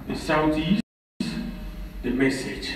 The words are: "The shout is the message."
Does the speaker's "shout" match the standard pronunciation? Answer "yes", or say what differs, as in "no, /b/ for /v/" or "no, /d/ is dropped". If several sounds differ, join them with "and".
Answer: no, /s/ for /ʃ/